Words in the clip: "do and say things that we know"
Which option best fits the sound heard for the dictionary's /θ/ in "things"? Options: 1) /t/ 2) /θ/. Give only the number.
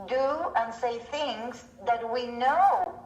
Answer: 2